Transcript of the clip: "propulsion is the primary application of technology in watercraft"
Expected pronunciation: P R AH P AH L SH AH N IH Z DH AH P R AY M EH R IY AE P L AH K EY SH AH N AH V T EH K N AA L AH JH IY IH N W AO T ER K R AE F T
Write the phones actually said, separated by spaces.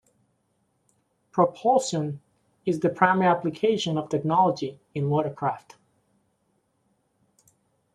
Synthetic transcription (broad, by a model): P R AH P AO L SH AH N IH Z DH AH P R AY M EH R IY AE P L AH K EY SH AH N AH V T EH K N AA L AH JH IY IH N W AO T ER K R AE F T